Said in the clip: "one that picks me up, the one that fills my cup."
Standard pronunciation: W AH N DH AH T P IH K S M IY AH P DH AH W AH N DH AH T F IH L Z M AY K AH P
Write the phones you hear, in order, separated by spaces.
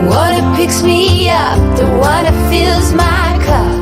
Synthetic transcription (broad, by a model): W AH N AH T P IH K S M IY AH P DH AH W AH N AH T F IH L Z M AY K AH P